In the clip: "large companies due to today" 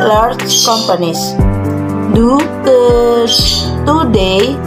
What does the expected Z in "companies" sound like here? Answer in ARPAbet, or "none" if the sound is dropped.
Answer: S